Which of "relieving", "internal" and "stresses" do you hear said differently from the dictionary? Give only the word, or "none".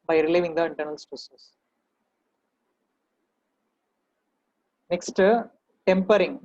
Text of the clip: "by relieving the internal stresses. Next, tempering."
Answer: stresses